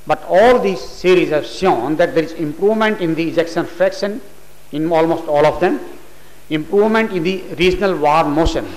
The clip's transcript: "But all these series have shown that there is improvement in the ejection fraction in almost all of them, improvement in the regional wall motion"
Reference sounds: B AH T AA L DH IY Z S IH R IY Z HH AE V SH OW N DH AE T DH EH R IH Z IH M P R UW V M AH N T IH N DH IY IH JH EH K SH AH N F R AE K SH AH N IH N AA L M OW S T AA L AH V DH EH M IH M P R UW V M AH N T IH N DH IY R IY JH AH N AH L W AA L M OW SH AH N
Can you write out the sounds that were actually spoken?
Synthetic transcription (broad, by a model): B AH T AA L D IY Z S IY R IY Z HH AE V SH OW N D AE T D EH R IH Z IH M P R UW V M AH N T IH N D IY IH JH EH K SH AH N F R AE K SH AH N IH N AA L M OW S T AA L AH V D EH M IH M P R UW V M AH N T IH N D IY R IY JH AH N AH L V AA N M OW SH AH N